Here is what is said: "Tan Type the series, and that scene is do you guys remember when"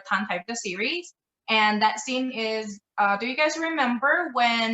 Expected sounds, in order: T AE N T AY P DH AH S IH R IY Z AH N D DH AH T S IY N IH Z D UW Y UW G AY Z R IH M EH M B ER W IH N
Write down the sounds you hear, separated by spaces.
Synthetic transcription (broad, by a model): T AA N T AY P DH AH S IH R IY Z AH N DH AH T S IY N IH Z D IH Y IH G AY Z R IH M EH M B ER W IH N